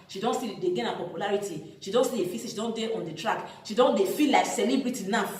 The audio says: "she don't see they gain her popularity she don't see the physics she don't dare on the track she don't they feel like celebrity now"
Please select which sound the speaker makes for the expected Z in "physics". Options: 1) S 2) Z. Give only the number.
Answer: 1